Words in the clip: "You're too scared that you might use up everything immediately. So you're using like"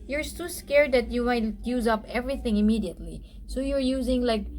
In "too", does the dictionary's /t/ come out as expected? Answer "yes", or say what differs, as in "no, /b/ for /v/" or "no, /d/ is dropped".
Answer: no, /s/ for /t/